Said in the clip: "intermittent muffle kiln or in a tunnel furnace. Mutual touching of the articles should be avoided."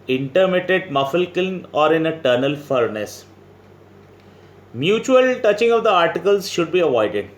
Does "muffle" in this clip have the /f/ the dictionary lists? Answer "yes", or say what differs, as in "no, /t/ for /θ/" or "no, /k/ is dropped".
yes